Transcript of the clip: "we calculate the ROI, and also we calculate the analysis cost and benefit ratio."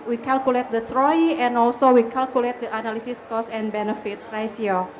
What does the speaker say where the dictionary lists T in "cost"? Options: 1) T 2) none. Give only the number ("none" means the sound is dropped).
2